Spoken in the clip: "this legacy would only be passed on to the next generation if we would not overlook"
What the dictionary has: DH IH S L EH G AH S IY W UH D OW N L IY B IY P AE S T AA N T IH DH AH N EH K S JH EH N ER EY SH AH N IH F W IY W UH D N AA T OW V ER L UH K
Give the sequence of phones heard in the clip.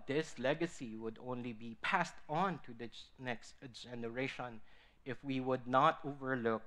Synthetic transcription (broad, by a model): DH IH S L EH G AH S IY W UH D OW N L IY B IY P AE S T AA N T IH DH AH N EH K S JH EH N ER EY SH AH N IH F W IY W UH D N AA T OW V ER L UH K